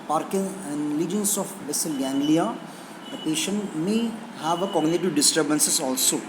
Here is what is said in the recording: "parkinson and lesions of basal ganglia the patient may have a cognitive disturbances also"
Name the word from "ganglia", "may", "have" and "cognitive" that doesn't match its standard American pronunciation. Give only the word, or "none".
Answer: none